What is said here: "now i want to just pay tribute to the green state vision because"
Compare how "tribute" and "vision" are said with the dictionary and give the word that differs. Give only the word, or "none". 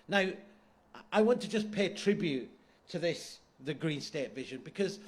none